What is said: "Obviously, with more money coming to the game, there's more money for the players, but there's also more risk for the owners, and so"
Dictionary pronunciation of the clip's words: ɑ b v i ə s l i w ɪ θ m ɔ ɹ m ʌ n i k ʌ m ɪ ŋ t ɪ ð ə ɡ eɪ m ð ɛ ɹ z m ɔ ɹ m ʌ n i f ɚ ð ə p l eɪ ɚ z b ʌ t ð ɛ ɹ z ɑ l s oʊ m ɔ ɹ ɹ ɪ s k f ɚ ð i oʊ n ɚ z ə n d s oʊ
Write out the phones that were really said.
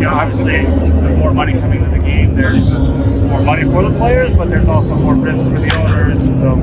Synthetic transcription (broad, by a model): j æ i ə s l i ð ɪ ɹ m ɔ ɹ m ʌ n i k ʌ m ɪ ŋ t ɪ ð ə ɡ eɪ m ð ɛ ɹ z m ɔ ɹ m ʌ n i f ɚ ð ə p l eɪ ɚ z b ʌ t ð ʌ ɹ z ɑ l s oʊ m ɔ ɹ ɹ ɪ s k f ɚ ð i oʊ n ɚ z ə n s oʊ